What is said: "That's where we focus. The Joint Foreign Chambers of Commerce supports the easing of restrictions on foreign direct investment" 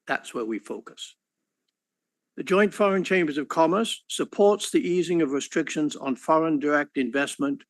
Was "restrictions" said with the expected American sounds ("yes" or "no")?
yes